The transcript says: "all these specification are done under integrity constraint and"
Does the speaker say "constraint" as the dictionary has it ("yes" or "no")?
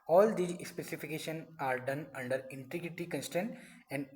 no